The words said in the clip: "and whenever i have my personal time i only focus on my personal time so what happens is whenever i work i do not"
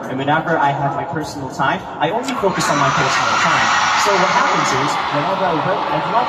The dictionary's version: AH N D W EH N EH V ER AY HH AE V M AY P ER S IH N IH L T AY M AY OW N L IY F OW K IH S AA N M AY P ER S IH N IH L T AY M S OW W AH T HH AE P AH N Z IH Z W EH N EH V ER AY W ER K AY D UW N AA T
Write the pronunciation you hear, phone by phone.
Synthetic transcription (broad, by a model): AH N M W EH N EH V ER AY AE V M AY P ER S N L T AY M AY OW N L IY F OW K IH S N M AY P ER S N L T AY M S OW W AH T HH AE P AH N Z IH Z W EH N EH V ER AY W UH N AY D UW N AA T